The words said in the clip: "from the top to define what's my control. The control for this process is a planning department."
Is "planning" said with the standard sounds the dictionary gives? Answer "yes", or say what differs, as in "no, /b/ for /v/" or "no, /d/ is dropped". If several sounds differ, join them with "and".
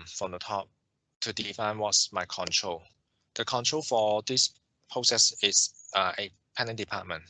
no, /l/ is dropped